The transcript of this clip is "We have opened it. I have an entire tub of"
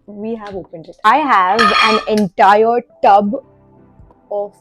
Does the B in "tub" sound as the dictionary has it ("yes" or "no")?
yes